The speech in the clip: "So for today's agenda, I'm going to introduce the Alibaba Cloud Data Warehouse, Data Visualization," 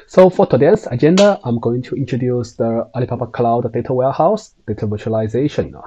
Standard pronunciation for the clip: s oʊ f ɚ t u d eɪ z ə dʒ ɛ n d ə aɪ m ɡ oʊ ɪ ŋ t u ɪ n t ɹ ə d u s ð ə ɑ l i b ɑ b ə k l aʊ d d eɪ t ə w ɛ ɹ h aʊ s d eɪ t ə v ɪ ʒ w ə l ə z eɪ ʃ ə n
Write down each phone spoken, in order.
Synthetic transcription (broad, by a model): s oʊ f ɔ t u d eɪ s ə dʒ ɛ n d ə aɪ m ɡ oʊ ɪ ŋ t u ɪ n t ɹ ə d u s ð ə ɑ l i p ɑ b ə k l aʊ d d eɪ t ə w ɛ h aʊ s d eɪ t ə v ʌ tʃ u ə l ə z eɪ ʃ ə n